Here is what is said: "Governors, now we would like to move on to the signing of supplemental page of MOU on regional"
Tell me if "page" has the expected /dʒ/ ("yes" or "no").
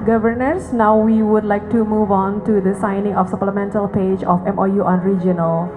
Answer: yes